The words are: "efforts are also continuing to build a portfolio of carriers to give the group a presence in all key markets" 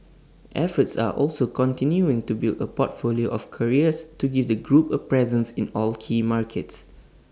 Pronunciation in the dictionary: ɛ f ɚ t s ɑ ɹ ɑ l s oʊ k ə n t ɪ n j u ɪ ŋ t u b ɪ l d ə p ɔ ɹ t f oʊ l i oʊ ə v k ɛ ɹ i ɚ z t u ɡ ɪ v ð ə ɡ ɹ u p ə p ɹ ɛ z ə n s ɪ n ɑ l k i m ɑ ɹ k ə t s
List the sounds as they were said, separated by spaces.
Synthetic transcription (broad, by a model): ɛ f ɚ t s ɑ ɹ ɑ l s oʊ k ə n t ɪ n j u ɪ ŋ t u b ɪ l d ə p ɔ t f oʊ l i oʊ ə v k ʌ ɹ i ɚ s t u ɡ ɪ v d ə ɡ ɹ u p ə p ɹ ɛ z ə n s ɪ n ɑ l k i m ɑ ɹ k ə t s